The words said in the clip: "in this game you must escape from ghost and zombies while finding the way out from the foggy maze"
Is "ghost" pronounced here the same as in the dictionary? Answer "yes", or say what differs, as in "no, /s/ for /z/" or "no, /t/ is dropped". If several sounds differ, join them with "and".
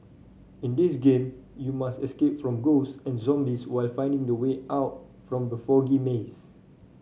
no, /t/ is dropped